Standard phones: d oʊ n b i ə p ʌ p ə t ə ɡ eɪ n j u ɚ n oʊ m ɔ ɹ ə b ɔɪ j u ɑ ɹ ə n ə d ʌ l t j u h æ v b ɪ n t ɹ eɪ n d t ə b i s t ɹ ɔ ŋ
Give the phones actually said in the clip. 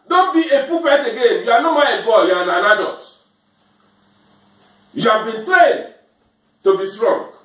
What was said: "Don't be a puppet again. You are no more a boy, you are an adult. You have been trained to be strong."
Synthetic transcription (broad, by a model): d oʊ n b i ə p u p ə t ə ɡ eɪ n j u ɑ n oʊ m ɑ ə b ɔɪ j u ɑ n ə n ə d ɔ t j u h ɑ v b ɪ n t ɹ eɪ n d t ə b i s t ɹ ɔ ŋ